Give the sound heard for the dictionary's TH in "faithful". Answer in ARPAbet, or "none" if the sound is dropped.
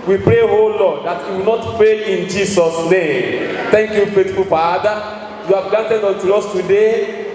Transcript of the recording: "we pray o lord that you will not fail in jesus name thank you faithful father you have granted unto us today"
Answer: T